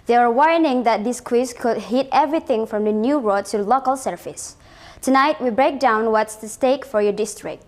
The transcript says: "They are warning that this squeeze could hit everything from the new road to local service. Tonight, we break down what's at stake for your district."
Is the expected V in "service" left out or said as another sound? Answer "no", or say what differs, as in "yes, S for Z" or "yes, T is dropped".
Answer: yes, F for V